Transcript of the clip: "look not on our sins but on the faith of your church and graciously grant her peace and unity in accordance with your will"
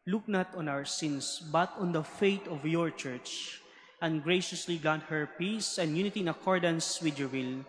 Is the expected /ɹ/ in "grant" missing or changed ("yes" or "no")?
yes